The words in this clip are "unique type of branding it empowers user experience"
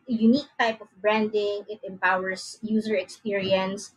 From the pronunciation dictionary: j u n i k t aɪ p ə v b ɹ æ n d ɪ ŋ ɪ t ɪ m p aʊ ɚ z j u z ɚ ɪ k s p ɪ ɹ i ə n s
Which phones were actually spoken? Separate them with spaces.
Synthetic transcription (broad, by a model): j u n i k t aɪ p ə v b ɹ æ n d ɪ ŋ ɪ t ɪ m p aʊ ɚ s j u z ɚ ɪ k s p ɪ ɹ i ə n s